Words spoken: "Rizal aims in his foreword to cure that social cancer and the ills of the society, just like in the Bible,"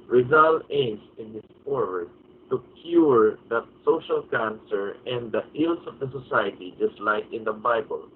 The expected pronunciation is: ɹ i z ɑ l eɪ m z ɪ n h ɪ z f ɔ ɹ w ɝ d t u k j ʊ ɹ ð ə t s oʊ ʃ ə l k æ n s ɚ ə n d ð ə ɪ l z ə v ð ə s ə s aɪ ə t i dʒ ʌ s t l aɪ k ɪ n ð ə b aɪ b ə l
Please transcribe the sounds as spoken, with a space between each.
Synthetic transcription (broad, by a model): ɹ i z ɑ l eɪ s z ɪ n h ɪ s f ɔ ɹ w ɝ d t u k j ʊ ɹ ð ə t s oʊ ʃ ə l k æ n s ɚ ə n d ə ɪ l s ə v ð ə s ə s aɪ ə t i dʒ ʌ s t l aɪ k ɪ n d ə b aɪ b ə l